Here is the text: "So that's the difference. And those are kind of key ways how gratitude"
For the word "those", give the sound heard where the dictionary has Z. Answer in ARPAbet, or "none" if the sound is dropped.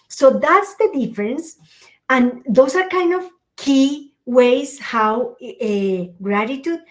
S